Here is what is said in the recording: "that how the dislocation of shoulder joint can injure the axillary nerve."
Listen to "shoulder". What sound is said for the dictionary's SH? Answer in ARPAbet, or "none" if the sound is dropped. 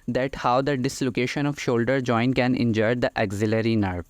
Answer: SH